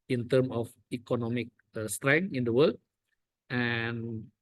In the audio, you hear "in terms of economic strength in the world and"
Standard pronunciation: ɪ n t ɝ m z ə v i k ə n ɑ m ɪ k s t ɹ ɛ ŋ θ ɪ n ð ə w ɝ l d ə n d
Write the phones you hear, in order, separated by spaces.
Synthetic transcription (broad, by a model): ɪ n t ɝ m ə f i k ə n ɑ m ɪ k s t ɹ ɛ ŋ ɪ n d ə w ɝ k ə n